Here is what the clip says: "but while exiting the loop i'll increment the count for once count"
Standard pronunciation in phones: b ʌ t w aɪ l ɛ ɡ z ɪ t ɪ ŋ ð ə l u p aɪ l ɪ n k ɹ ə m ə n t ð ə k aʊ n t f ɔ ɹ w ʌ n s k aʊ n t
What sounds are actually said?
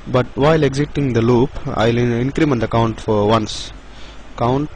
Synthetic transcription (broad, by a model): b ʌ t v aɪ l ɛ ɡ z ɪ t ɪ ŋ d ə l u p aɪ l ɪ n k ɹ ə m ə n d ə k aʊ n t f ɔ ɹ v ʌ n s k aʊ n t